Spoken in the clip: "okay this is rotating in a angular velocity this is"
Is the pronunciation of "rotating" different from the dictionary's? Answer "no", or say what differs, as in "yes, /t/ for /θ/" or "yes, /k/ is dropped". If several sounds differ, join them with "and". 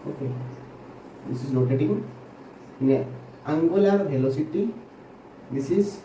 yes, /l/ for /ɹ/